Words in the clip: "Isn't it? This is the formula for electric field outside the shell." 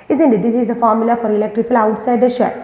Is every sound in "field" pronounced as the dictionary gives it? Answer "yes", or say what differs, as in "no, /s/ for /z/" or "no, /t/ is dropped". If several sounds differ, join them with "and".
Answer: no, /d/ is dropped